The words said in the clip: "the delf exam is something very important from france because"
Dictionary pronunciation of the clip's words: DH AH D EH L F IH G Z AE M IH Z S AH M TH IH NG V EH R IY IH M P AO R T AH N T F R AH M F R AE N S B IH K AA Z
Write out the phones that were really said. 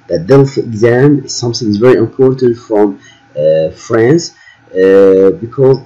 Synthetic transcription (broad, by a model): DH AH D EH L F IH G Z AE M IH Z S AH M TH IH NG V EH R IY IH M P AO R T AH N T F R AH M F R AE N S B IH K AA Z